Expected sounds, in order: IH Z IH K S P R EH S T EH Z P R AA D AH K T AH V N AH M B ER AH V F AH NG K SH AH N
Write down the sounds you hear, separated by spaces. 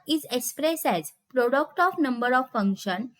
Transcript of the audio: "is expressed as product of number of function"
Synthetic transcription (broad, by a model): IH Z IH K S P R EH S EH Z P R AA D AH K T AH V N AH M B ER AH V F AH NG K SH AH N